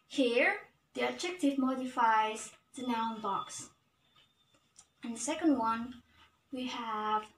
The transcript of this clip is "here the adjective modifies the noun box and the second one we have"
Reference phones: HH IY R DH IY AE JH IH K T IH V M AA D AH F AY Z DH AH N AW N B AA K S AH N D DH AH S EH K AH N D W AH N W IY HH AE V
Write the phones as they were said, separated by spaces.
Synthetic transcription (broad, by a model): HH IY R DH IY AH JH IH K T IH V M AA D AH F AY Z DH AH N AW N B AA K S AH N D DH AH S EH K AH N D W AH N W IY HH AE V